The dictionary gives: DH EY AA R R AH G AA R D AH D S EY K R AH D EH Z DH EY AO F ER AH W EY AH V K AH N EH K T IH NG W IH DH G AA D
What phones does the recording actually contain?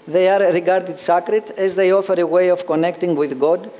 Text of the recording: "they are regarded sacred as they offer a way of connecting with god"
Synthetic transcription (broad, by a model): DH EY AA R R AH G AA R D AH D S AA K R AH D EH Z DH EY AO F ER AH W EY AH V K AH N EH K T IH NG W IH DH G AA D